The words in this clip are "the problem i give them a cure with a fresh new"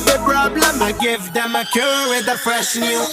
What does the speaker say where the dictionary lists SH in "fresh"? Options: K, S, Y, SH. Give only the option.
S